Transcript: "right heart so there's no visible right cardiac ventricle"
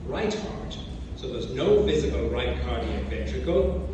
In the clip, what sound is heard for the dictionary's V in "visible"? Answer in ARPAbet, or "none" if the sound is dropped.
V